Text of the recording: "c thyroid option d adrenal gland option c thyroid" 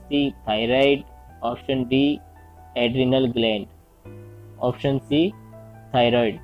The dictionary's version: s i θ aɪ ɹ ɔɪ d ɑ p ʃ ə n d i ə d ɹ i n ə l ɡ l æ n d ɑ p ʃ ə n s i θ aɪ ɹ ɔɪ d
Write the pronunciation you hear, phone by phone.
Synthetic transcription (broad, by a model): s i t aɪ ɹ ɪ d ɑ p ʃ ə n d i ə d ɹ i n ə l ɡ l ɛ n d ɑ p ʃ ə n s i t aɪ ɹ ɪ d